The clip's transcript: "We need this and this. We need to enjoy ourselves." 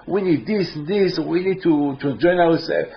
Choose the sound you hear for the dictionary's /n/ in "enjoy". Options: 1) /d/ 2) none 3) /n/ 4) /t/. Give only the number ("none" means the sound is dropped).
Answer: 2